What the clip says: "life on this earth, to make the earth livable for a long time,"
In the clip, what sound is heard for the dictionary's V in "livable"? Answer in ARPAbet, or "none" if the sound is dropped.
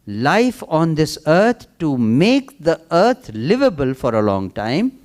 V